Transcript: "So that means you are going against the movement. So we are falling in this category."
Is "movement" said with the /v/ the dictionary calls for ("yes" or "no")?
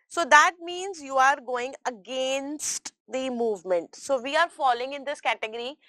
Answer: yes